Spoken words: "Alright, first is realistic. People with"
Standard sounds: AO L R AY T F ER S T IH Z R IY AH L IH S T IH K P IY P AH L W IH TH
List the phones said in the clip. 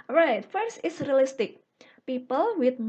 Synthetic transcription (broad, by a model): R AY T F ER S IH S R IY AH L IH S T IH K P IY P AH L W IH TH